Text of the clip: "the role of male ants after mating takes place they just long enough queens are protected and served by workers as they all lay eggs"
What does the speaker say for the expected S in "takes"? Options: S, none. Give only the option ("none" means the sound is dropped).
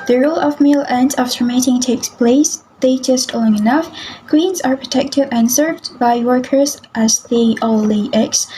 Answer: S